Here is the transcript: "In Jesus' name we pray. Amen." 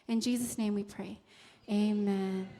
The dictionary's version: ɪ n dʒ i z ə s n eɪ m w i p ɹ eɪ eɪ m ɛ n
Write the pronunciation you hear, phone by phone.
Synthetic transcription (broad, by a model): ɪ n dʒ i z ə s n eɪ m w i p ɹ eɪ eɪ m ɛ n